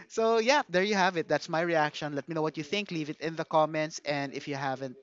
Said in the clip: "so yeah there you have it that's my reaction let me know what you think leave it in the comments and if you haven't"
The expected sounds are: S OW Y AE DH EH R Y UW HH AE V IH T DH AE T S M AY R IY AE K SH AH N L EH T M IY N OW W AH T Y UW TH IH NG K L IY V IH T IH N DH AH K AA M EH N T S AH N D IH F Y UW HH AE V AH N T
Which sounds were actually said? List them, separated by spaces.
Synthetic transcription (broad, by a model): S OW Y AE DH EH R Y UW HH AE V IH T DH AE T S M AY R IY AE K SH AH N L EH T M IY N OW W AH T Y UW TH IH NG K L IY V IH T IH N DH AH K AA M EH N T S AH N D IH F Y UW HH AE V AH N T